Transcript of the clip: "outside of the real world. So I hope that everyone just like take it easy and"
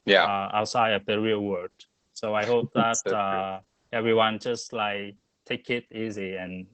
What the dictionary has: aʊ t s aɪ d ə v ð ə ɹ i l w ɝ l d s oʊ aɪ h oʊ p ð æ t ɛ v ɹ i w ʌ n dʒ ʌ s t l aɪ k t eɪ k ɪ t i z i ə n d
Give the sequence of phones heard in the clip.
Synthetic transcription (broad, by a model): aʊ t s aɪ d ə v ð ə ɹ i l w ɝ d s oʊ aɪ h oʊ p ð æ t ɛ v ɹ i w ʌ n dʒ ʌ s t l aɪ k t eɪ k ɪ t i z i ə n